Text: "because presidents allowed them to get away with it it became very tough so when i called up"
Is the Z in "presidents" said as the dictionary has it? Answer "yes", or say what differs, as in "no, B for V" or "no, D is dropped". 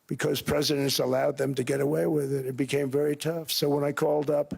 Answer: yes